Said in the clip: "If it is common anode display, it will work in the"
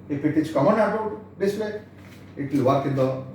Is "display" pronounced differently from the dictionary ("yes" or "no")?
yes